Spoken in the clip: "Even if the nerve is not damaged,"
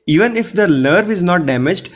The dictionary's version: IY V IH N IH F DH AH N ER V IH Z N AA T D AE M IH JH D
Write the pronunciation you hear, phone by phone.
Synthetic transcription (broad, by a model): IY V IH N IH F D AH L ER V IH Z N AA T D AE M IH JH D